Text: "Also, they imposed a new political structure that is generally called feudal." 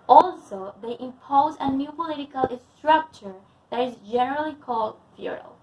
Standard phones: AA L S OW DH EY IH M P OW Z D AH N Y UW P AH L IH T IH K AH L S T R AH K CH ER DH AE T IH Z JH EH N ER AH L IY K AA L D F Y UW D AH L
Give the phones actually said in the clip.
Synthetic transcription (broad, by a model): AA L S OW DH EY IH M P OW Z AH N Y UW P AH L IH T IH K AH L S T R AH K CH ER DH AE T IH Z JH EH N ER AH L IY K AA L D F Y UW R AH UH